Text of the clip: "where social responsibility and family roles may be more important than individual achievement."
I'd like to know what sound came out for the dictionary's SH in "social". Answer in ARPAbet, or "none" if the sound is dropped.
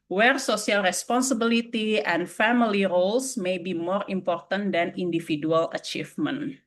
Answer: S